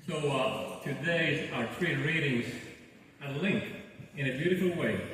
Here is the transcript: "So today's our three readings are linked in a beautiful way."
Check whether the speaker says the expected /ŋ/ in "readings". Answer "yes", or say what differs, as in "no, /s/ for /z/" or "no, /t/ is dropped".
yes